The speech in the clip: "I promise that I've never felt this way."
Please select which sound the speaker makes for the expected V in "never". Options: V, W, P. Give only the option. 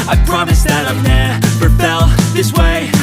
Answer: P